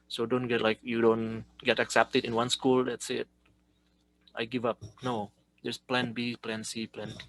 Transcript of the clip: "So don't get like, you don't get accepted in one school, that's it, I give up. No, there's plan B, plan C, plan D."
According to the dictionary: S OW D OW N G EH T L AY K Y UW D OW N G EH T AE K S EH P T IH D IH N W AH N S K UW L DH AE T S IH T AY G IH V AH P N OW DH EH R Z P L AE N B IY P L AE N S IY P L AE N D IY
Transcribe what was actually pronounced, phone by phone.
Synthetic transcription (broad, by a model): S OW D OW N G EH T L AY K Y UW D OW N G EH T AE K S EH P T IH D IH N W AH N S K UW L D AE T S IH T AY G IH V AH P N OW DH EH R S P L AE N B IY P L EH N S IY P L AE N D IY